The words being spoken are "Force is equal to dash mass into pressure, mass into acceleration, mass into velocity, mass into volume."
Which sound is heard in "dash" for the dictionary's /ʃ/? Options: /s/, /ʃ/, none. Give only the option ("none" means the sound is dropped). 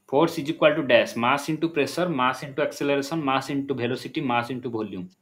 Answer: /s/